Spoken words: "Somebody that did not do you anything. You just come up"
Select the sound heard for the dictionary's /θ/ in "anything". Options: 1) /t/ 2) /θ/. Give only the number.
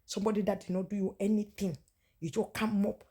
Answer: 1